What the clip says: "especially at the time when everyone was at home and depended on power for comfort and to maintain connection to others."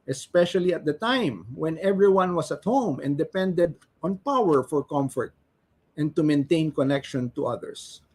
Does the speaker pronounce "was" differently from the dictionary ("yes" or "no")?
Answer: yes